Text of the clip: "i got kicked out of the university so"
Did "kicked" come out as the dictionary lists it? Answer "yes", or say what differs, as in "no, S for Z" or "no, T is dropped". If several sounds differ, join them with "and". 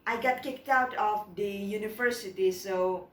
yes